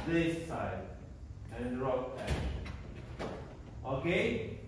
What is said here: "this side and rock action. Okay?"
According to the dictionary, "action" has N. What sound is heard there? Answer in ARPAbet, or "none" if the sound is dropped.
none